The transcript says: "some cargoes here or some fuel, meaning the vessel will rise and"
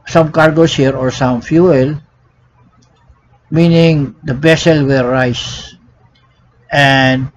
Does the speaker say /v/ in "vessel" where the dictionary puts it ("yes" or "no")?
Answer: no